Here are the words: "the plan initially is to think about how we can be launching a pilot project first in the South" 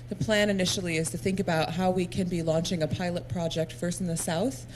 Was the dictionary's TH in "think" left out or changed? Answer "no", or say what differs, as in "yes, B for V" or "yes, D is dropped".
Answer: no